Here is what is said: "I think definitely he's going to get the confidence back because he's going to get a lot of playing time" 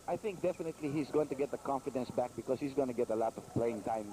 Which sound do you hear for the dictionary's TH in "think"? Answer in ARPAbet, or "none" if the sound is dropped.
TH